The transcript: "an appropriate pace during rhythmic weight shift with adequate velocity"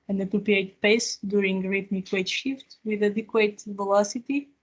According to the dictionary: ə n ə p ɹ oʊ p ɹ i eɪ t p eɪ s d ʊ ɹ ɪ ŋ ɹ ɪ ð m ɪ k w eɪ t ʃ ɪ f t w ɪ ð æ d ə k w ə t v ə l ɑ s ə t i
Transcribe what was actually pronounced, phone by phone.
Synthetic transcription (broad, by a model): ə n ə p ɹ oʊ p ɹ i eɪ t p eɪ s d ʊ ɹ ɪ ŋ ɹ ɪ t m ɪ k w eɪ t ʃ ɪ f t w ɪ ð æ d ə k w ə t v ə l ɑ s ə t i